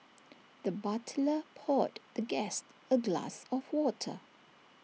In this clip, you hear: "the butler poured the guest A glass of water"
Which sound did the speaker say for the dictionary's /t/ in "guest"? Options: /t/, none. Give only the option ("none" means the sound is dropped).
/t/